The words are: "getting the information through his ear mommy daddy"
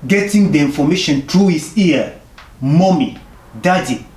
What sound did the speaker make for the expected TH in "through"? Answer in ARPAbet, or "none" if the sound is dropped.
T